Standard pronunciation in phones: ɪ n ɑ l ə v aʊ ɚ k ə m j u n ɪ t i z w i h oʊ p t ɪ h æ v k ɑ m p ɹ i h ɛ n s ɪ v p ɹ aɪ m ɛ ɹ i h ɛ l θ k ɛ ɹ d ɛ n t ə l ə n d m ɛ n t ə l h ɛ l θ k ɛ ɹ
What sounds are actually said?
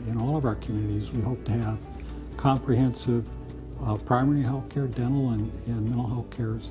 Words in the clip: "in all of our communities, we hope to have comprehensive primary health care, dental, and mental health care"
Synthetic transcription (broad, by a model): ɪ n ɑ l ə v aʊ ɚ k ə m j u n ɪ t i z w i h oʊ p t ɪ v k ɑ m p ɹ i h ɛ n s ɪ v p ɹ aɪ m ɛ ɹ i h ɛ l θ k ɛ ɹ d ɛ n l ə n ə n m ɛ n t l h ɛ l θ k ɛ ɹ